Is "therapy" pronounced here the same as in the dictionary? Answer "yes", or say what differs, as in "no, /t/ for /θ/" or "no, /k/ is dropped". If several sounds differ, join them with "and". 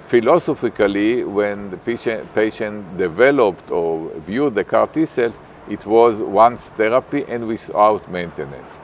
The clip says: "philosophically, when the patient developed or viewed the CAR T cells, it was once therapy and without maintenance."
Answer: no, /t/ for /θ/